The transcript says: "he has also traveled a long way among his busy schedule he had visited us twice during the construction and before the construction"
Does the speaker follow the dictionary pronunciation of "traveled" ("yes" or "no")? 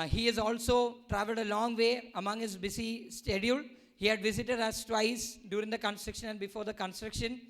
yes